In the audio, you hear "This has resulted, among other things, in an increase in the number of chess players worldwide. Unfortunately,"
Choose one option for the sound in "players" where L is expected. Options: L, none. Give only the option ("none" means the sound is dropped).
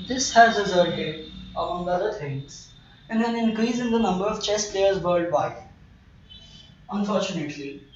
L